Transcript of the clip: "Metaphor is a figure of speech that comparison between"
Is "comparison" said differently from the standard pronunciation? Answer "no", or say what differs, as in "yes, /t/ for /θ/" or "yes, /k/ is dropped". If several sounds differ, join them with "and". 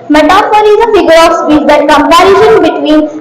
yes, /ʃ/ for /s/